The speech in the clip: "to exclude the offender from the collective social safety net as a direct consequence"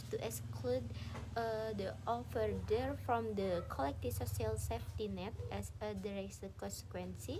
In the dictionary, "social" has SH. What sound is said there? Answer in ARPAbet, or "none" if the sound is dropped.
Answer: S